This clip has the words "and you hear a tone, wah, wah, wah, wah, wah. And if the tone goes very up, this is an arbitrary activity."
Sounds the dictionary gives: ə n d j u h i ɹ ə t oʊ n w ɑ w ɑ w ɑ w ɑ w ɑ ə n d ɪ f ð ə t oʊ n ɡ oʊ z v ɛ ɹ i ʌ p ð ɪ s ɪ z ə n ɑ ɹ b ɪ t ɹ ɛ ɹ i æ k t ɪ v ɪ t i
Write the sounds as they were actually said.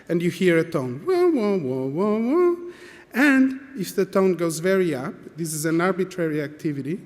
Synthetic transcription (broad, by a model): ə n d j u h i ɹ ə t oʊ n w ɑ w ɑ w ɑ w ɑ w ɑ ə n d ɪ f ð ə t oʊ n ɡ oʊ z v ɛ ɹ i ʌ p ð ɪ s ɪ z ə n ɑ ɹ b ɪ t ɹ ɛ ɹ i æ k t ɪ v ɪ t i